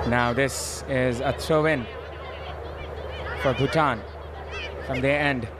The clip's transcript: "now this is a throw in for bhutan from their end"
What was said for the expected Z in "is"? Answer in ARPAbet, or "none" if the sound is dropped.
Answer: Z